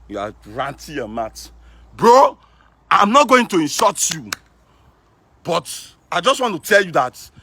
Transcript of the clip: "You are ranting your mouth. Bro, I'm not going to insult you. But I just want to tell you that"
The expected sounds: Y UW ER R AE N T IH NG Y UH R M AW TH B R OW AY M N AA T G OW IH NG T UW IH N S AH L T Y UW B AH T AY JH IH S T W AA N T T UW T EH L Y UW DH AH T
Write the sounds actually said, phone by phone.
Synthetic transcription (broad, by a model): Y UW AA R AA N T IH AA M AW T B R OW AY M N AA T G OW IH NG T UW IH N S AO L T Y UW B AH T AY JH IH S T W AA N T T UW T EH L Y UW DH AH T